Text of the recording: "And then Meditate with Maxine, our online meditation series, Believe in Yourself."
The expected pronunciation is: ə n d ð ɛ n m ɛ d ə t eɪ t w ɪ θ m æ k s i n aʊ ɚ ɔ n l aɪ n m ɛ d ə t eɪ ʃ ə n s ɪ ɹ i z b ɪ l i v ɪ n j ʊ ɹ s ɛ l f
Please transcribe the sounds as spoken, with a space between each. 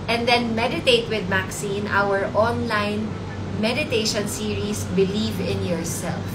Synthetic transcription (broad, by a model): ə n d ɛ n m ɛ d ə t eɪ t w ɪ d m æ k s i n aʊ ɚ ɔ n l aɪ n m ɛ d ə t eɪ ʃ ə n s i ɹ i s b ɪ l i v ɪ n j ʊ ɹ s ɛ l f